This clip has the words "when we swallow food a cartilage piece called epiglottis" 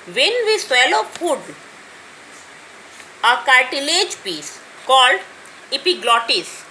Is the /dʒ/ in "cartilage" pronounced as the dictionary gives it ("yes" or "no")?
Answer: yes